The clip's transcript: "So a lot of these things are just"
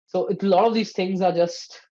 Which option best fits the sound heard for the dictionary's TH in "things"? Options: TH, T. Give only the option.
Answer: TH